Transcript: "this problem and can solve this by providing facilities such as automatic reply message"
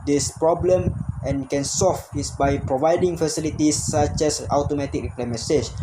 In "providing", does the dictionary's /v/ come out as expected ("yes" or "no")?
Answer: yes